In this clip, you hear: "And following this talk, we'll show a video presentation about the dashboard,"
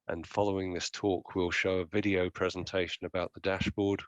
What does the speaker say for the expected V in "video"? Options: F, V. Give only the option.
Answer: V